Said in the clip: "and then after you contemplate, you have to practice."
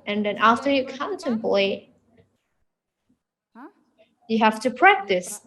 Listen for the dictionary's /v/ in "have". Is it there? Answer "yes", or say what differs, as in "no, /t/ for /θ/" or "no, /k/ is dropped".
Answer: no, /f/ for /v/